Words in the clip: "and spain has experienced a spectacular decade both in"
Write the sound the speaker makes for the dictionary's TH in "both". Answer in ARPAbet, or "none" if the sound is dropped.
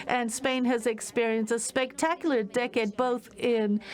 TH